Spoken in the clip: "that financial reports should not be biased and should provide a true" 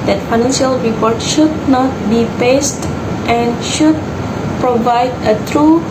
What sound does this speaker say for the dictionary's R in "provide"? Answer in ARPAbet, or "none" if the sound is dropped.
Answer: R